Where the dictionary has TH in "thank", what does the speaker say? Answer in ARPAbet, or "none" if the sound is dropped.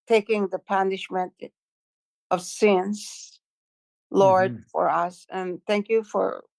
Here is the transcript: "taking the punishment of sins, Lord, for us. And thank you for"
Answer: TH